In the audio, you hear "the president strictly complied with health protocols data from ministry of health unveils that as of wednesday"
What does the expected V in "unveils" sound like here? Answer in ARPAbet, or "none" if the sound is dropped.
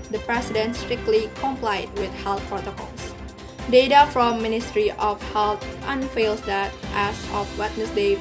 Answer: F